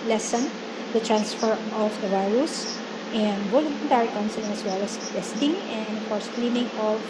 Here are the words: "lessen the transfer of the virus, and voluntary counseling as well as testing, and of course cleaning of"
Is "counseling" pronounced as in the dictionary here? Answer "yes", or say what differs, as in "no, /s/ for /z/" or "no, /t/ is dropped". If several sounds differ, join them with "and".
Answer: no, /l/ is dropped